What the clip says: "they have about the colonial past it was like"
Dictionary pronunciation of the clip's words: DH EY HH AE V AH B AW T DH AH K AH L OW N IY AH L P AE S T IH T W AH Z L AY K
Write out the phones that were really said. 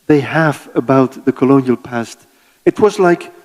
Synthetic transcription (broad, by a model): DH EY HH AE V AH B AW T DH AH K AH L OW N IY AH L P AE S T IH T W AH Z L AY K